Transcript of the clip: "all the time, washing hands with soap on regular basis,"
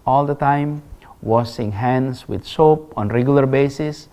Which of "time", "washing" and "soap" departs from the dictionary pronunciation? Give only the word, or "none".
washing